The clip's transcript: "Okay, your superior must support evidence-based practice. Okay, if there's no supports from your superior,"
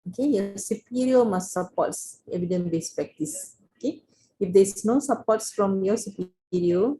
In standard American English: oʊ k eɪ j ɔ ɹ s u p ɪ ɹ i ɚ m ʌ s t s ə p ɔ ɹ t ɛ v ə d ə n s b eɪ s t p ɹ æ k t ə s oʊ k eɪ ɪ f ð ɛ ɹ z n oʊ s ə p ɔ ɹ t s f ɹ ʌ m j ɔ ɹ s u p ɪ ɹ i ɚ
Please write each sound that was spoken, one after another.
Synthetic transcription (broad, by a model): oʊ k eɪ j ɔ s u p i ɹ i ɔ m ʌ s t s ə p ɔ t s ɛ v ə d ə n b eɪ s p ɹ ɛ k t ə s oʊ k eɪ ɪ f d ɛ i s n oʊ s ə p ɔ t s f ɹ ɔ m j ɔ s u p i ɹ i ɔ